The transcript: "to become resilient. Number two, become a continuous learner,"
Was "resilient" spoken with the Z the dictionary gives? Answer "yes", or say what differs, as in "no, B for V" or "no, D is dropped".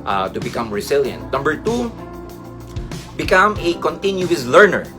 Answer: no, S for Z